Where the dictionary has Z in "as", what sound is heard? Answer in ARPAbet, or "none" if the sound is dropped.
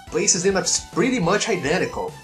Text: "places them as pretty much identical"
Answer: S